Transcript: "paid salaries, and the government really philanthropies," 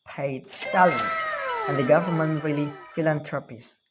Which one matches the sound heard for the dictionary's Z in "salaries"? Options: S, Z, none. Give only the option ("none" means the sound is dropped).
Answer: none